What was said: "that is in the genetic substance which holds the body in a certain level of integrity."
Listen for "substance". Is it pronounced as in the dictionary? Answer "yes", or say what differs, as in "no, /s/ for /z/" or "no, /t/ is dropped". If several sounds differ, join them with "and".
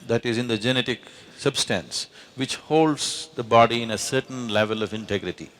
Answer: yes